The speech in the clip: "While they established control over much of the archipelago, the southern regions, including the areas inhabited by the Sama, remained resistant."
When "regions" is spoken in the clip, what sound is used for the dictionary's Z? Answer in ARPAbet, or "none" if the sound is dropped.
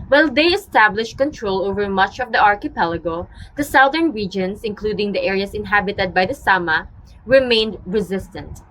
S